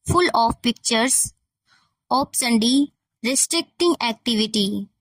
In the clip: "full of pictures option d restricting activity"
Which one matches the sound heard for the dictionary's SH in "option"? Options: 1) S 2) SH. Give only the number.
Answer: 1